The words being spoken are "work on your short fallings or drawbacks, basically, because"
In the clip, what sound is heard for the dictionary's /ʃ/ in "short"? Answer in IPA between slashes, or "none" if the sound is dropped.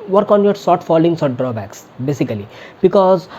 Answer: /s/